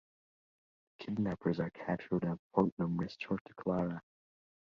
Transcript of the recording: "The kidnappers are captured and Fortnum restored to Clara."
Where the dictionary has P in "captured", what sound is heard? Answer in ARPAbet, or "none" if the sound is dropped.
none